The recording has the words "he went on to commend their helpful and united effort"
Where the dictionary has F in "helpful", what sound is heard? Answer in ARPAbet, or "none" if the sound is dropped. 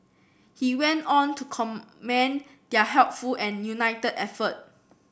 F